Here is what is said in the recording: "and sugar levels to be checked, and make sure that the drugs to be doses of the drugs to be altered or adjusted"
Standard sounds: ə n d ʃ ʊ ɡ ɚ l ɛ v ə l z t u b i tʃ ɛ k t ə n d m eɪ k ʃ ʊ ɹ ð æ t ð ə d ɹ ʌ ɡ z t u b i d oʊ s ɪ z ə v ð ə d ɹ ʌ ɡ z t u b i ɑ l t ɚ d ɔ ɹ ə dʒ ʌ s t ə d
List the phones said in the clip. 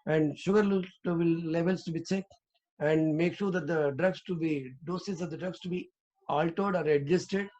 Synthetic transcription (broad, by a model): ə n d ʃ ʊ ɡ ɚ l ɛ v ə l s t u b i s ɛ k ə n d m eɪ k ʃ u ɹ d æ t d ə d ɹ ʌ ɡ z t u b i d oʊ s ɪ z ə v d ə d ɹ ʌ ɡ s t u b i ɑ l t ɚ d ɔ ɹ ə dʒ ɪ s t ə d